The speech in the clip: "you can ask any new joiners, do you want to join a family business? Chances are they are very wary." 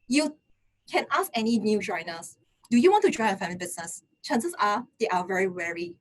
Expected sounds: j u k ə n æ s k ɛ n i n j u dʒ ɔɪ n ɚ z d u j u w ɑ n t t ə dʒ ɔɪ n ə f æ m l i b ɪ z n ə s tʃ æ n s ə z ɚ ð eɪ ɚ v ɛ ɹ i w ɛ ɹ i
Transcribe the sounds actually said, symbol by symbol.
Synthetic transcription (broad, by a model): j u k ə n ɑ s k ɛ n i n j u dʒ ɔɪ n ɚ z d u j u w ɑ n t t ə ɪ ə f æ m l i b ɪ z n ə s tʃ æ n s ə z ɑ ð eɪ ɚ v ɛ ɹ i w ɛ ɹ i